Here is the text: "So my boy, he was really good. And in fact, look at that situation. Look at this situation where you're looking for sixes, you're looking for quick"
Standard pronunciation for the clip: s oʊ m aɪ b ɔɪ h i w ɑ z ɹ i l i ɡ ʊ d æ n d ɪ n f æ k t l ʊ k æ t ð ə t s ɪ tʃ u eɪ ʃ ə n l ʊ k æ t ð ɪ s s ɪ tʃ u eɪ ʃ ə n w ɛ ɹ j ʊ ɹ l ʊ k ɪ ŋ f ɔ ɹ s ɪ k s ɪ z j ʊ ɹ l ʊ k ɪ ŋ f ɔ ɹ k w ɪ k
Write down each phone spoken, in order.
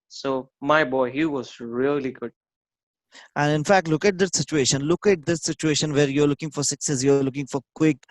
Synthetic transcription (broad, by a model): s oʊ m aɪ b ɔɪ h i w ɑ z ɹ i l i ɡ ʊ d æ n d ɪ n f æ k t l ʊ k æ t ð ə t s ɪ tʃ u eɪ ʃ ə n l ʊ k æ t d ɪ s s ɪ tʃ u eɪ ʃ ə n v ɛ ɹ j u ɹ l ʊ k ɪ ŋ f ɔ ɹ s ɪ k s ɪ s j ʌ ɹ l ʊ k ɪ ŋ f ɔ ɹ k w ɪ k